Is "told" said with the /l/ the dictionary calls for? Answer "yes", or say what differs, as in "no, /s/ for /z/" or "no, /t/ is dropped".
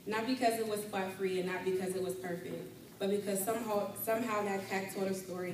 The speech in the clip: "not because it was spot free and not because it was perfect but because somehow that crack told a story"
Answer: no, /l/ is dropped